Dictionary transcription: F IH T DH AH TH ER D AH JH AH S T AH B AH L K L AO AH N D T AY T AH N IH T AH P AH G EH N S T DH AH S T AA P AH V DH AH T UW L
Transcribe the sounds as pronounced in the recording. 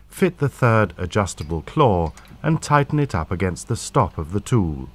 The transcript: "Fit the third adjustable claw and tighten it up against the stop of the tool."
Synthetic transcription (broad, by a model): F IH T DH AH TH ER D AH JH AH S T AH B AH L K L AO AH N T AY T N IH T AH P AH G EH N S T DH AH S T AA P AH V DH AH T UW L